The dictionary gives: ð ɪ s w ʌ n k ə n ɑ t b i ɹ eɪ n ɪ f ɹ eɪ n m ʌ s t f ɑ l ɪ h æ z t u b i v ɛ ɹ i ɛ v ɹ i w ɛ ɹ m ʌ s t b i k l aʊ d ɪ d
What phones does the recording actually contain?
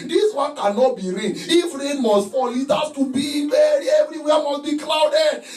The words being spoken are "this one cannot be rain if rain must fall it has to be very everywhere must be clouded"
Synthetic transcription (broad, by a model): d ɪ s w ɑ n k ə n ɑ t b i ɹ eɪ n ɪ f ɹ eɪ n m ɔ s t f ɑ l ɪ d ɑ s t u b i b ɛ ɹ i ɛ v ɹ i w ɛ m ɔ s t b i k l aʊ d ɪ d